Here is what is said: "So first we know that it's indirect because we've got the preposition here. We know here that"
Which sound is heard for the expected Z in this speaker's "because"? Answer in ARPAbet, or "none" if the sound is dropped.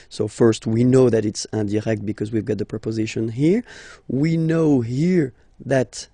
Z